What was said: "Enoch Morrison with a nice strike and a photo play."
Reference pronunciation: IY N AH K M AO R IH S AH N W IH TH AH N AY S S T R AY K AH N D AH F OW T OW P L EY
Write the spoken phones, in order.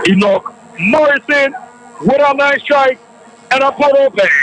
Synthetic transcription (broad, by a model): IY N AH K M AO R IH S AH N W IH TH AH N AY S S T R AY K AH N AH P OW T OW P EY